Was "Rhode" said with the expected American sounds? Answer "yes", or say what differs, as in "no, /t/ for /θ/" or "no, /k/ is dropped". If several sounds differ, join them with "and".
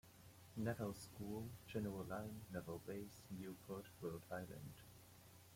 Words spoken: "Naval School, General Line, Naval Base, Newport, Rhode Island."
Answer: no, /w/ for /ɹ/